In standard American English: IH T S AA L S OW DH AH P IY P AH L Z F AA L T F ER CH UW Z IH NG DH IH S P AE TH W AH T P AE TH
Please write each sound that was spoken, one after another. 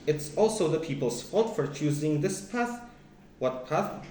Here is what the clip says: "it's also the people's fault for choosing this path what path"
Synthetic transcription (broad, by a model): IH T S AA L S OW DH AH P IY P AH L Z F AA T F ER CH UW Z IH NG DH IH S P AE TH W AH T P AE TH